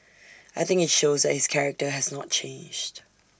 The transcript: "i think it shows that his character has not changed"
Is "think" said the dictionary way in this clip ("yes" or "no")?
yes